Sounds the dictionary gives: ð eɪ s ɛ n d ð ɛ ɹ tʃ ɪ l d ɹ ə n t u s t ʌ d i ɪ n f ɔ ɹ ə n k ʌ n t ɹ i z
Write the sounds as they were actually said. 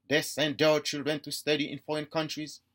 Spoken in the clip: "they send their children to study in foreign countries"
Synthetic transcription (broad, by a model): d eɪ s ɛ n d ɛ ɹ tʃ ɪ l d ɹ ə n t u s t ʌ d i ɪ n f ɔ ɹ ə n k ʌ n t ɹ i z